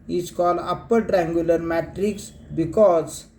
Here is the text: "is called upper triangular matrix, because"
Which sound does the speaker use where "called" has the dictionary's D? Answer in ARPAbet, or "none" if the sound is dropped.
none